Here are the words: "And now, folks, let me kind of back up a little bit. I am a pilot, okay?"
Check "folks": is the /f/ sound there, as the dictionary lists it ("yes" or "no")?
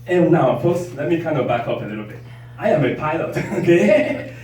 no